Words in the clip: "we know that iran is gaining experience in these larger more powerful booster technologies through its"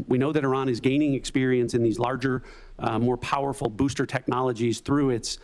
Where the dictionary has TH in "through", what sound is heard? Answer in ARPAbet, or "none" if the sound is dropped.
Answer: TH